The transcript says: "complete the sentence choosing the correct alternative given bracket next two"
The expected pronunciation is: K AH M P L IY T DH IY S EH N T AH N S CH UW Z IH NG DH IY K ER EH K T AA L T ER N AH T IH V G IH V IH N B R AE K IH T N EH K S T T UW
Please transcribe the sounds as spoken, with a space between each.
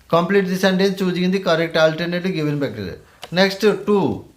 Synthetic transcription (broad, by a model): K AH M P L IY T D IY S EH N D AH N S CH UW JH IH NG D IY K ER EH K T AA L T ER N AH T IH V G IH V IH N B EH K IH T N EH K S T T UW